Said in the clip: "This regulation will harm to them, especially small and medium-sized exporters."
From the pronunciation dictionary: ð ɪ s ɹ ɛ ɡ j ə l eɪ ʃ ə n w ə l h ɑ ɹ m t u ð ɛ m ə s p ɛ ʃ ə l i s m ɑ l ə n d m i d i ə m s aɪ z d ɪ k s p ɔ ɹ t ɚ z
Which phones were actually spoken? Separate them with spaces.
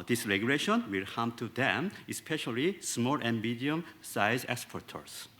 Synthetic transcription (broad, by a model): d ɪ s ɹ ɛ ɡ j ə l eɪ ʃ ə n w ə l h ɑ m t u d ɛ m ə s p ɛ ʃ ə l i s m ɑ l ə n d m i d i ə m s aɪ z ɪ k s p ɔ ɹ t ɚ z